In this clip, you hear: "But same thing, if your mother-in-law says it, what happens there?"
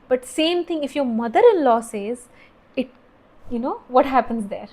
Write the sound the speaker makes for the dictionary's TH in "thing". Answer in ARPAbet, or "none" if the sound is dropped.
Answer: T